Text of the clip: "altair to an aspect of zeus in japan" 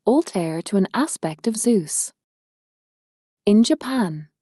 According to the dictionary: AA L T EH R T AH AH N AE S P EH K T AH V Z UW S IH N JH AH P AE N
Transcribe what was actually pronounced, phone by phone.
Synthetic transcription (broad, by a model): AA L T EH R T AH AH N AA S P EH K T AH V Z UW S IH N JH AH P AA N